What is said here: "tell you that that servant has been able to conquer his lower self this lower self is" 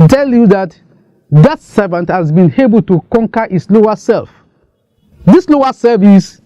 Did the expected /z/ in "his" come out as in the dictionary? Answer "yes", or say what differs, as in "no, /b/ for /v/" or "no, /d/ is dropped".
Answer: no, /s/ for /z/